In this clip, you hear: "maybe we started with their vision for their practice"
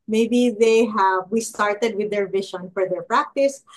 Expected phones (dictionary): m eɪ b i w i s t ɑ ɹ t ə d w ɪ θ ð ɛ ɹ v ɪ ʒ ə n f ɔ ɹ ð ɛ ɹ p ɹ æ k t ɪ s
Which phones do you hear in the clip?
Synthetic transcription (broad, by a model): m eɪ b i w i s t ɑ ɹ t ə d w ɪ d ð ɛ ɹ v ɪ ʃ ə n f ɔ ɹ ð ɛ ɹ p ɹ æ k t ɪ s